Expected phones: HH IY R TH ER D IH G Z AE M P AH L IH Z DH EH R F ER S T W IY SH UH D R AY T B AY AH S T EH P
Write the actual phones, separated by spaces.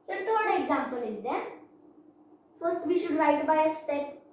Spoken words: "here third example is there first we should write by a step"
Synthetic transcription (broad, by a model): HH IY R T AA D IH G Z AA M P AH L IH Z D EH R F ER S T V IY SH UH D R AY T B AY AH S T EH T